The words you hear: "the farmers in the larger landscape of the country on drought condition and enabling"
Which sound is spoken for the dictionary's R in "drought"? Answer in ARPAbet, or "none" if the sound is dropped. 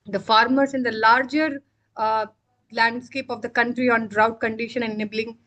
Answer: R